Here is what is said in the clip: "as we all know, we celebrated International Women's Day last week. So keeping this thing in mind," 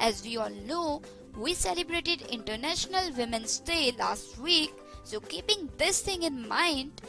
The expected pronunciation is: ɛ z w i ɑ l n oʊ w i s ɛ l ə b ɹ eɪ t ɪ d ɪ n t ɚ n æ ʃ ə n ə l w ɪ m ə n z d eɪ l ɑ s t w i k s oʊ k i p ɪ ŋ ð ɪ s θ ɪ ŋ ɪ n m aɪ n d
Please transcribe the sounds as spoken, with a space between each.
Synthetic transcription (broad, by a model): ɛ z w i ɑ l n oʊ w i s ɛ l ə b ɹ eɪ t ɪ d ɪ n t ɚ n æ ʃ ə n ə l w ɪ m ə n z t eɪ l ɑ s t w i k s oʊ k i p ɪ ŋ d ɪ s t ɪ ŋ ɪ n m aɪ n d